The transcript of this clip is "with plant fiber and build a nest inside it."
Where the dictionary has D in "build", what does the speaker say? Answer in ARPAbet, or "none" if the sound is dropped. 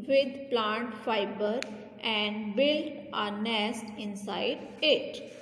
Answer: none